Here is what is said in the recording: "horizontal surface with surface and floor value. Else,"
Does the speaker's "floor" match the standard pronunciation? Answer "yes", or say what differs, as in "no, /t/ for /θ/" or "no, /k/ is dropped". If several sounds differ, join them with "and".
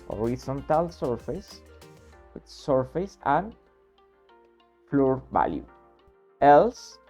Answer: yes